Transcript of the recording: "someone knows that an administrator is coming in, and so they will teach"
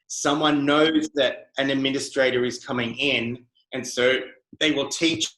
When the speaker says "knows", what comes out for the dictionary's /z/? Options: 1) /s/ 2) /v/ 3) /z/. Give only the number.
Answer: 3